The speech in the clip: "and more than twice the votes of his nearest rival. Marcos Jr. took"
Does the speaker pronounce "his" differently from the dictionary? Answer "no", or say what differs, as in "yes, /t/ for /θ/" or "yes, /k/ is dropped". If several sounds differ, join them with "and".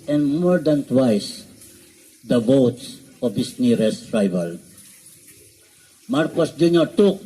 yes, /s/ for /z/